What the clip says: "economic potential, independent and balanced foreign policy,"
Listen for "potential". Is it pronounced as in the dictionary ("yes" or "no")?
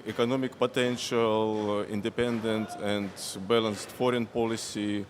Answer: yes